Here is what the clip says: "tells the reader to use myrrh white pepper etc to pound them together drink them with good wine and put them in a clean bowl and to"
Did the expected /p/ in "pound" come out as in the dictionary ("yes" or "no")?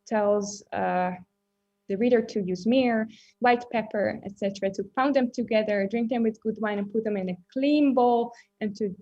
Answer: no